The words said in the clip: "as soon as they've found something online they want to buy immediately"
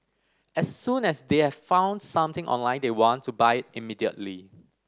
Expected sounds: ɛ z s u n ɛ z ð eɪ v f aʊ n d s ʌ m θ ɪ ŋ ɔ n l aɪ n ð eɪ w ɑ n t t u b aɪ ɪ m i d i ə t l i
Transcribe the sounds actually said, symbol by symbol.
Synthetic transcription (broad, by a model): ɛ s u n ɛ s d eɪ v f aʊ n d s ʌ m t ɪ ŋ ɔ n l aɪ n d eɪ w ɑ n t t u b aɪ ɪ m i d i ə t l i